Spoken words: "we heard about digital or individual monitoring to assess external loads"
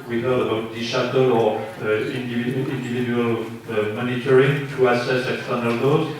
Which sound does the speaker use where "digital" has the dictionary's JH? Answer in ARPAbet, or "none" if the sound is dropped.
SH